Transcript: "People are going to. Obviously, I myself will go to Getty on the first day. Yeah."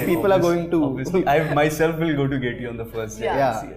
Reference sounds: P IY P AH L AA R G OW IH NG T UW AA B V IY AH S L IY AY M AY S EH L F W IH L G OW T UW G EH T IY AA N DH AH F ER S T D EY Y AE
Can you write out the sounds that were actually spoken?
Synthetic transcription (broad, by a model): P IY P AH L AA R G OW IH NG T UW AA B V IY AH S IY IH M AY S EH L F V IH L G OW T UW G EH T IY AA N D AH F ER S T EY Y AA